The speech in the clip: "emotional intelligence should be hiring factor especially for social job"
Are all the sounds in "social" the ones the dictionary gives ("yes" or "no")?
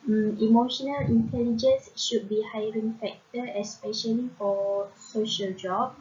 yes